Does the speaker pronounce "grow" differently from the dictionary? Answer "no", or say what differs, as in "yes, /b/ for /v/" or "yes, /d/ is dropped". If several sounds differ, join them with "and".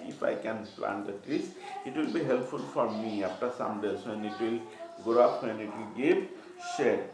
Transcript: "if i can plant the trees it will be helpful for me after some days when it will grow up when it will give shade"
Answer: yes, /ɹ/ is dropped